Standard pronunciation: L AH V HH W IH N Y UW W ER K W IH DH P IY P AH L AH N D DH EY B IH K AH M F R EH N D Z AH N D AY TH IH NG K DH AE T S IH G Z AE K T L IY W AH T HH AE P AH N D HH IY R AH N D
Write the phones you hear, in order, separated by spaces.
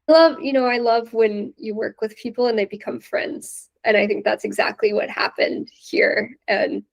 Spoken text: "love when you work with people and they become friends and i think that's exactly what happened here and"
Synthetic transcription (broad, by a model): L AH V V W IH N Y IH W ER K W IH DH P IY P L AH N DH EY B IH K AH M F R EH N D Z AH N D AY TH IH NG K DH AE T S IH G Z AE K T L IY W AH T HH AE P AH N D HH IY R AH N